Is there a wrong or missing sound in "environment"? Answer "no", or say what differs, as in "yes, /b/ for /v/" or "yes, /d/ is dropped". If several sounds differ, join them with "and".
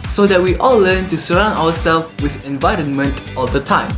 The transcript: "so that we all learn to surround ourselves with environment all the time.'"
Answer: no